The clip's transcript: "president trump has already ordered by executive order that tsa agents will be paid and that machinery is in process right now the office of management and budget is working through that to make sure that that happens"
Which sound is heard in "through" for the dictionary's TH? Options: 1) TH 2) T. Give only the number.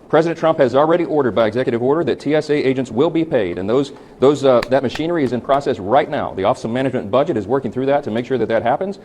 1